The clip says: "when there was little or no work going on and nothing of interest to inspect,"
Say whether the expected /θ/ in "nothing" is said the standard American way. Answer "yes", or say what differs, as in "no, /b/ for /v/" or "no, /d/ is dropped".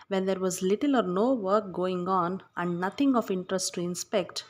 no, /t/ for /θ/